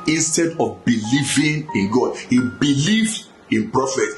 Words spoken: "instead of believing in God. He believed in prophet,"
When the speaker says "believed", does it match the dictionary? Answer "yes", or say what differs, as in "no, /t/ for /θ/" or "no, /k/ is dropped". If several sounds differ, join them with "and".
no, /d/ is dropped